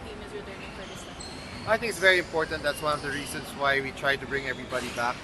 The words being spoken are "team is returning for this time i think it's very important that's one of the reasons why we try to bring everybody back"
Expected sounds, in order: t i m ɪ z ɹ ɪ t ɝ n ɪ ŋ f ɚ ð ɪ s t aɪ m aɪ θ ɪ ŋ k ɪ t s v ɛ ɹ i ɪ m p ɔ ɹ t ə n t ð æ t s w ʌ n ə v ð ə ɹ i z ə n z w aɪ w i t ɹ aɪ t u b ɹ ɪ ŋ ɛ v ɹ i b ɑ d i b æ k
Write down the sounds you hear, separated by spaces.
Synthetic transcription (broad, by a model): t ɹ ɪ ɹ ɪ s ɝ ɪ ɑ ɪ t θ ɪ ŋ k ɪ t s v ɛ ɹ i ɪ m p ɔ ɹ t ə n t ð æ t s w ʌ n ə v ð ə ɹ i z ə n s w aɪ w i t ɹ aɪ t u b ɹ ɪ ŋ ɛ v ɹ i b ɑ d i b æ k